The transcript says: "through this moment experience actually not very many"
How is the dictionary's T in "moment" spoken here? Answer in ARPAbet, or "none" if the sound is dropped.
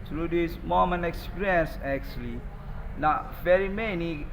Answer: none